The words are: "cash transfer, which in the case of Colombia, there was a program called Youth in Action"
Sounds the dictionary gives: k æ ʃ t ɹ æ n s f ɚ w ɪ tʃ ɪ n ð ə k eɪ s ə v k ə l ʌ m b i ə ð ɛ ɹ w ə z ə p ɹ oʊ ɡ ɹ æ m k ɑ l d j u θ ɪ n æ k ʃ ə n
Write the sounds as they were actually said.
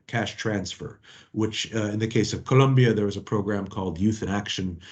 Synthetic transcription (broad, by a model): k æ ʃ t ɹ æ n s f ɚ w ɪ tʃ ɪ n ð ə k eɪ s ə v k ə l ʌ m b i ə ð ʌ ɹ w ə z ə p ɹ oʊ ɡ ɹ æ m k ɑ l d j u θ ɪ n æ k ʃ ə n